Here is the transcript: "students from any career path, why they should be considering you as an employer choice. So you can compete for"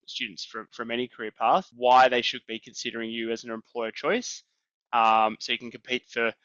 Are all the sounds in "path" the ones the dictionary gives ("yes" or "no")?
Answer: yes